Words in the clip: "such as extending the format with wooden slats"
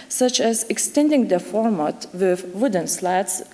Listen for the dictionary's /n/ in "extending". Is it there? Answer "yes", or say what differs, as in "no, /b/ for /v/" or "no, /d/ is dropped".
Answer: yes